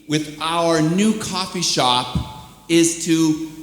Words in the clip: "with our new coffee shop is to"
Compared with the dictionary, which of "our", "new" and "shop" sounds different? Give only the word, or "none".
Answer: none